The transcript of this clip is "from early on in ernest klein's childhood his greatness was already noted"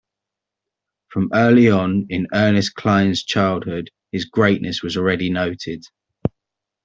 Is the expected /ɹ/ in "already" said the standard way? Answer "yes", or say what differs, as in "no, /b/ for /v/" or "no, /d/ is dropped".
yes